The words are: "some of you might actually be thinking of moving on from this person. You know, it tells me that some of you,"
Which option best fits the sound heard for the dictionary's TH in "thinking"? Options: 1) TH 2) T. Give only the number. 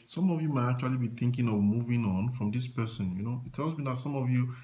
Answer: 1